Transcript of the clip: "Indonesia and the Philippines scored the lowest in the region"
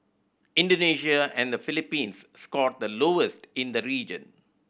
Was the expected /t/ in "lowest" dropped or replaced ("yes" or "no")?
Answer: no